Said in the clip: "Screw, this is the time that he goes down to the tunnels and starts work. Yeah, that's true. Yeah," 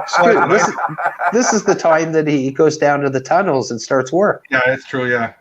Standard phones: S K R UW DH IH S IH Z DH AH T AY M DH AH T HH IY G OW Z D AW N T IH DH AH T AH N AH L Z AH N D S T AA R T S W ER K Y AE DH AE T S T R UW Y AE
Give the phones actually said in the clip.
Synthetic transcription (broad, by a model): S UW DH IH DH IH S IH Z DH AH T AY M DH AH T HH IY G OW Z D AW N T IH DH AH T AH N L Z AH N S T AA R T S W ER K Y AE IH T S T R UW Y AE